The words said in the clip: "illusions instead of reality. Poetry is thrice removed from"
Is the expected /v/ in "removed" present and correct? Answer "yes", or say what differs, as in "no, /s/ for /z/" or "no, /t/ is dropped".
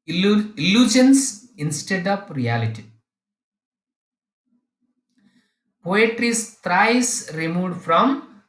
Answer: no, /v/ is dropped